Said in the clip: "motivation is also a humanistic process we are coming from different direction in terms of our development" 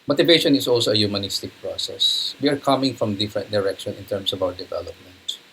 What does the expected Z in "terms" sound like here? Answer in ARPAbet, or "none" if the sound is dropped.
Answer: S